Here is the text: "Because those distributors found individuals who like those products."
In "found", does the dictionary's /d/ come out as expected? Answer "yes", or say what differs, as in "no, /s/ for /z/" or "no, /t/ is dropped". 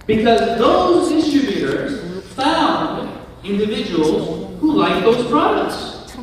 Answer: yes